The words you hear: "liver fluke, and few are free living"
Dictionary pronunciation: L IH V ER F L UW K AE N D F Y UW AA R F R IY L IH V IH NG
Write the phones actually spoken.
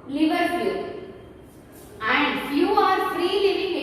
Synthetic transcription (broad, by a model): L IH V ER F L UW AE N D Y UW AA R F R IY L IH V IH NG